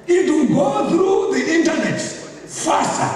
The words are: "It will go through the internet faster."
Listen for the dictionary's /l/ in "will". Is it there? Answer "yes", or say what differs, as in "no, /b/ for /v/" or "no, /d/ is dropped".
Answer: no, /n/ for /l/